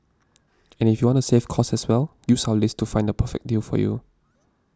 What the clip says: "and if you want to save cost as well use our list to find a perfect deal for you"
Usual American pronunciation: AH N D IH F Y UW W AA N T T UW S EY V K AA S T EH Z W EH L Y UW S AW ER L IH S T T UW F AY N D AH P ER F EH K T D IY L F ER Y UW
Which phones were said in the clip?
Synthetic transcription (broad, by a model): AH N IH F Y UW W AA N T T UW S EY F K AA S EH S W EH L Y UW S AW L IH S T T UW F AY N D AH P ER F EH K D IY L F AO Y UW